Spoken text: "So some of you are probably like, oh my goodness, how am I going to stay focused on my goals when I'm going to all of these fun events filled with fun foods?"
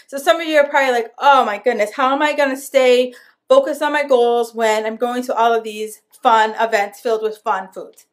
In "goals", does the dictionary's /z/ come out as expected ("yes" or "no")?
yes